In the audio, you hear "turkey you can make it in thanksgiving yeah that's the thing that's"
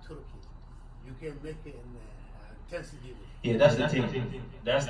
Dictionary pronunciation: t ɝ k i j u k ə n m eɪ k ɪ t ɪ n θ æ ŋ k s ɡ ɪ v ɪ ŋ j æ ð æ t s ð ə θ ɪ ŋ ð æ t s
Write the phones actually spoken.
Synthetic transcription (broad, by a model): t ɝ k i j u k ə n m eɪ k ɪ t ɪ n t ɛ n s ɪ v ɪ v j æ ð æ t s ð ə t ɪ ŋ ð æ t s